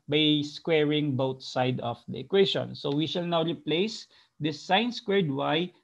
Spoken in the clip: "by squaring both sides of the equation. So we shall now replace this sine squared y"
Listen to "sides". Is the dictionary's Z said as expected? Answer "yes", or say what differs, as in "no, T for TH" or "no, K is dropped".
no, Z is dropped